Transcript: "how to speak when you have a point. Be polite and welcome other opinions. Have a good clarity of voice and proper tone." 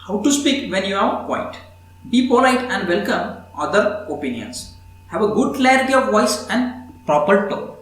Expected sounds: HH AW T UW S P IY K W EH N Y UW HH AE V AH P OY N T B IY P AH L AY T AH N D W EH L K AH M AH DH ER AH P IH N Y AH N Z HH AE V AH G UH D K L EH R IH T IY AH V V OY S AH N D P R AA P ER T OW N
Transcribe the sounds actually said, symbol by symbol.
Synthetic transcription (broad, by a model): HH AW T UW S P IY K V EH N Y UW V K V AH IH T B IY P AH L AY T AH N D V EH L K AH M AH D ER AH P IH N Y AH N S HH AE V AH G UH D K L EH R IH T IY AH V V OY S AH N D P R AA P ER T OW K